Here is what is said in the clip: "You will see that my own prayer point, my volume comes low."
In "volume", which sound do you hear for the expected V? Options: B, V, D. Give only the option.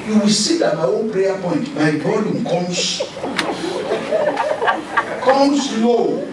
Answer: B